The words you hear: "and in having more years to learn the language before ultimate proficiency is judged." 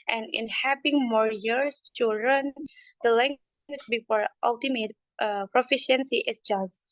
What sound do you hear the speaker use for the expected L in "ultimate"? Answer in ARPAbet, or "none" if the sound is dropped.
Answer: L